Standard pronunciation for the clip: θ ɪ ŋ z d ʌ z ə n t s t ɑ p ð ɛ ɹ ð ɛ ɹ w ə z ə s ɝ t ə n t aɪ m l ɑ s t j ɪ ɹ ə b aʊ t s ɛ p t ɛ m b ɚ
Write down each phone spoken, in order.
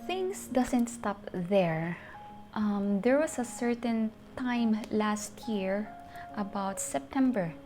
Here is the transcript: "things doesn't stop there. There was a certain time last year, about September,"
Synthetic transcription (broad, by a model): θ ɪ ŋ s d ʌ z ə n t s t ɑ p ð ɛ ɹ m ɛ ɹ w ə s ə s ɝ t ə n t aɪ m l ɑ s t j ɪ ɹ ə b aʊ t s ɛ p t ɛ m b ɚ